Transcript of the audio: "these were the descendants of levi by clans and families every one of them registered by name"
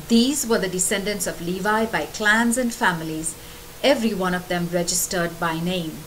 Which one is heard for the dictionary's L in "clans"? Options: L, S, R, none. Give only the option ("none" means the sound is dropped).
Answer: L